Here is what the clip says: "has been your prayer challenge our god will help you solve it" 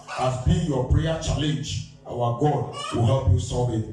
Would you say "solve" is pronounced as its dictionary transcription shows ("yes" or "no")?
no